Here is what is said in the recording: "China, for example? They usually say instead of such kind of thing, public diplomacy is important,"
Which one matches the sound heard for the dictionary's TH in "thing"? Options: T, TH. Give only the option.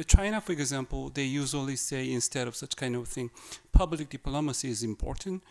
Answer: TH